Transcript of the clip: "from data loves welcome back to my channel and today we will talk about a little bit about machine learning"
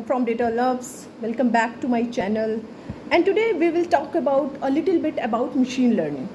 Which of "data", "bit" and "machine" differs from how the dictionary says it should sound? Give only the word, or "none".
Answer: none